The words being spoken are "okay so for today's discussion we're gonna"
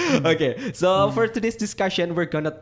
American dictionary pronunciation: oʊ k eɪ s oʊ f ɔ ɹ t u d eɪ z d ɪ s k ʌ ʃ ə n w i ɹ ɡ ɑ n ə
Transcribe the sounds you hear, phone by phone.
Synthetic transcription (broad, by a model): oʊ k eɪ s oʊ f ɔ ɹ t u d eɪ s d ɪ s k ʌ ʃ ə n w i ɹ ɡ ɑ n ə